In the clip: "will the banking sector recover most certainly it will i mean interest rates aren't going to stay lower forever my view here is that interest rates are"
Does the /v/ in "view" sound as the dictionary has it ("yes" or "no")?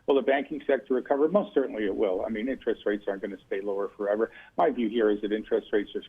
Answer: yes